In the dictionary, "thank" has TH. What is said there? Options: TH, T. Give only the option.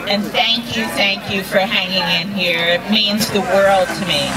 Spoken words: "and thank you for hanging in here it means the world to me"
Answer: TH